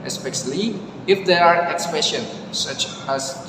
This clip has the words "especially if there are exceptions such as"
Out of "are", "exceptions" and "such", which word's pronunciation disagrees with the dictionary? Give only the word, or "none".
exceptions